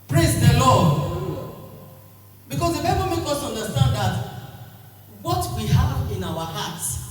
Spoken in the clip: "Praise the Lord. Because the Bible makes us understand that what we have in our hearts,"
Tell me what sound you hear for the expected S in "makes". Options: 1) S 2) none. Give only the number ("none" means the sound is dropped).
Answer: 2